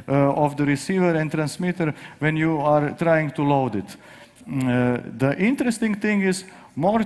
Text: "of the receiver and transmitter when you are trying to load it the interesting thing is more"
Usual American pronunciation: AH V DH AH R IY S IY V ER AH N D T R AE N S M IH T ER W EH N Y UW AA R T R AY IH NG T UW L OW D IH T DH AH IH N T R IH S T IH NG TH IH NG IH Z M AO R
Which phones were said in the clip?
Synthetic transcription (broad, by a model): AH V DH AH R IY S IY V ER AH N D T R AE N S M IH T ER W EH N Y UW AA R T R AY IH NG T UW L OW D IH T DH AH IH N T R IH S T IH NG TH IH NG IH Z M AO R